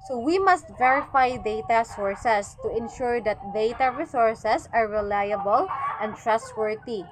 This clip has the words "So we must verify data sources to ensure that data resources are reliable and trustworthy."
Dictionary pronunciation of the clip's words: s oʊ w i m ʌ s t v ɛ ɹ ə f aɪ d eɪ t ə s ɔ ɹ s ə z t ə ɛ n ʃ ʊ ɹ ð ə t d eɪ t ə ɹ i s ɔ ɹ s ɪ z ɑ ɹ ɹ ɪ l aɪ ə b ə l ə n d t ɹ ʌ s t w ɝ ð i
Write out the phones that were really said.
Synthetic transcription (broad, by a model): s oʊ w i m ʌ s t v ɛ ɹ ə f aɪ d eɪ t ə s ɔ ɹ s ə s t ə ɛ n ʃ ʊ ɹ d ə t d eɪ t ə ɹ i s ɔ ɹ s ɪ s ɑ ɹ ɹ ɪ l aɪ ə b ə l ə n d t ɹ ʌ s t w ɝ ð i